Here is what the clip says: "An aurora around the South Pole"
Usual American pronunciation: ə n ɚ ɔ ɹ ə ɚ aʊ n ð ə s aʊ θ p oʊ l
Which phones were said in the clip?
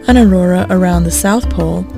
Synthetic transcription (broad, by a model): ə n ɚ ɔ ɹ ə ɚ aʊ n ð ə s aʊ θ p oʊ l